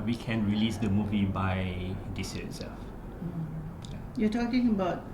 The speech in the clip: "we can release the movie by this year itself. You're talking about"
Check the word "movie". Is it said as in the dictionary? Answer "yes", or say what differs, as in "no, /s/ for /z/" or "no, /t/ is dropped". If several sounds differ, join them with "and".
yes